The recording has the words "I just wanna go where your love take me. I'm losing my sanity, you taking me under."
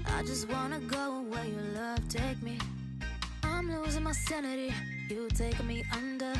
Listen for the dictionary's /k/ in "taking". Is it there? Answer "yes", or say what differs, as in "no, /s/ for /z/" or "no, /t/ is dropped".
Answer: no, /k/ is dropped